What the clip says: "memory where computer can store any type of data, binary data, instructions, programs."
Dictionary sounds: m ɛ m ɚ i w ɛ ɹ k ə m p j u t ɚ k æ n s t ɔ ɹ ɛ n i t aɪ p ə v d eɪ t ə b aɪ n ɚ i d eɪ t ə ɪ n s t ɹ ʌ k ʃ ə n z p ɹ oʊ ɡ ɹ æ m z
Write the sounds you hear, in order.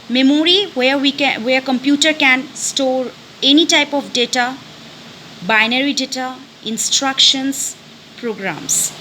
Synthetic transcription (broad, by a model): m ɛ m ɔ i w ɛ w k ə m p j u t ɚ k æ n s t ɔ ɹ ɛ n i t aɪ p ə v d eɪ t ə b aɪ n ɚ i d eɪ t ə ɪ n s t ɹ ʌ k ʃ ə n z p ɹ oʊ ɡ ɹ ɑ m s